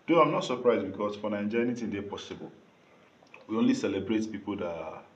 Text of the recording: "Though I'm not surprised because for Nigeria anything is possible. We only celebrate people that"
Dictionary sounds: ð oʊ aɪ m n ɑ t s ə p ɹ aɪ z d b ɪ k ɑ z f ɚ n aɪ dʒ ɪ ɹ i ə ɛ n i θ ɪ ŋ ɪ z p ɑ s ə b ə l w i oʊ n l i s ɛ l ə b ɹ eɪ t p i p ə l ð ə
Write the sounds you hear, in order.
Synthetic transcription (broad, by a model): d oʊ aɪ m n ɑ t s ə p ɹ aɪ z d b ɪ k ɑ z f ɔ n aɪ ɪ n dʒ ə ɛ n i t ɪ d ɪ p ɑ s ə b ə l w i oʊ n l i s ɛ l ə b ɹ eɪ t p i p ə l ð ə